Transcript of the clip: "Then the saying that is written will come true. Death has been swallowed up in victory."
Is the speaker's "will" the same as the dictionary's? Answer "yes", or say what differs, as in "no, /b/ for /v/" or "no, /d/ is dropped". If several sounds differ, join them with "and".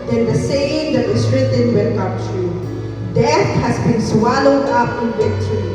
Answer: no, /n/ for /l/